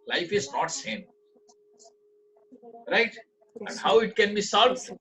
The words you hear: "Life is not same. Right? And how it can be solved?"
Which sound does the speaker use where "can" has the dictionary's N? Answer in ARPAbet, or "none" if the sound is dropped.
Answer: N